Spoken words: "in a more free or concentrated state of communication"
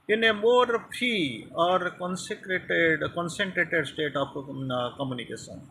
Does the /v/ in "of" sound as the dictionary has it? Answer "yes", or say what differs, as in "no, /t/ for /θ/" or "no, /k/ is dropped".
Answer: no, /p/ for /v/